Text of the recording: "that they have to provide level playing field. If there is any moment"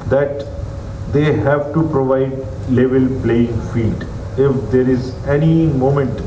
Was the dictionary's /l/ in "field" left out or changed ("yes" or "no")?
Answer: yes